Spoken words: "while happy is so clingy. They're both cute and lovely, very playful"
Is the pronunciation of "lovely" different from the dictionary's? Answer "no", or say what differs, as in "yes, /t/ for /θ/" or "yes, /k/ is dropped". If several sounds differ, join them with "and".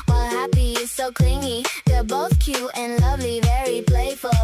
no